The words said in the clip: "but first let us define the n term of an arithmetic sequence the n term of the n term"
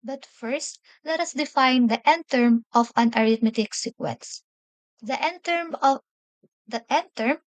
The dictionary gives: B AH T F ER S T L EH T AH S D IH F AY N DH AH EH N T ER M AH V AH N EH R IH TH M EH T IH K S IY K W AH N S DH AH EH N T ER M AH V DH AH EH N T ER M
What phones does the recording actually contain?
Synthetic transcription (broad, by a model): B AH T F ER S T L EH T AH S D IH F AY N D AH EH N T ER M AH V AH N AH R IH T M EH T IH K S IY K W AH N S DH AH EH N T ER M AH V EH N T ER M